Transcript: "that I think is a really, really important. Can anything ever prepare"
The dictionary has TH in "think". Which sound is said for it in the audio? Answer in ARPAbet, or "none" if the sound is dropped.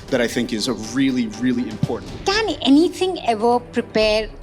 TH